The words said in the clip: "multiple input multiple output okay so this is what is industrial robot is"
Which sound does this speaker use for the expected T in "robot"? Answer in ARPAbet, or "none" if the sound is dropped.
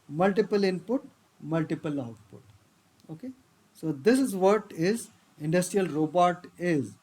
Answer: T